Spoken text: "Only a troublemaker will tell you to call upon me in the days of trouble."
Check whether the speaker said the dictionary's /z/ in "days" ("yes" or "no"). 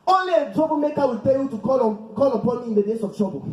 no